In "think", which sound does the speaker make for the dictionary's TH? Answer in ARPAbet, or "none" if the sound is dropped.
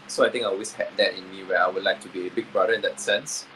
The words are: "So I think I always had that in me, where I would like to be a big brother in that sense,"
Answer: T